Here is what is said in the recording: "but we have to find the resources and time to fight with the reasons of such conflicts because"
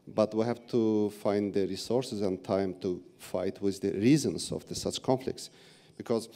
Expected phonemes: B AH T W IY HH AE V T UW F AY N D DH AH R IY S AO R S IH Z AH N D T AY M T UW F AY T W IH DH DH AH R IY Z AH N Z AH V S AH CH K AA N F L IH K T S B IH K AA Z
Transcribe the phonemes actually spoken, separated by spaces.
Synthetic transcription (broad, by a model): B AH T W IY HH AE V T UW F AY N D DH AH R IY S AO R S IH Z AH N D T AY M T UW F AY T W IH DH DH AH R IY Z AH N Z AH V S AH CH K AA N F L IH K T S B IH K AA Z